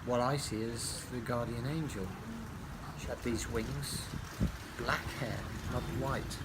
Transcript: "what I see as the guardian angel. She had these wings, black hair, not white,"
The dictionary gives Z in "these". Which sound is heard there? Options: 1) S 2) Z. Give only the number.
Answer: 2